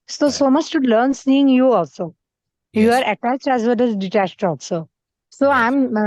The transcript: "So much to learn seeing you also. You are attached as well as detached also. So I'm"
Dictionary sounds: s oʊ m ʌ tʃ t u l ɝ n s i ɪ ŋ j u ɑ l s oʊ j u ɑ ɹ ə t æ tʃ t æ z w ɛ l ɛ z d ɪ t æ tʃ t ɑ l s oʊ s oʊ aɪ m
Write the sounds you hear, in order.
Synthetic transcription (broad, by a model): s oʊ m ʌ tʃ t u l ɝ n s i ɪ ŋ j u ɑ l s oʊ j u ɑ ɹ ə t æ tʃ t æ z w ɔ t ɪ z d ɪ t æ tʃ t ɑ l s oʊ s oʊ aɪ m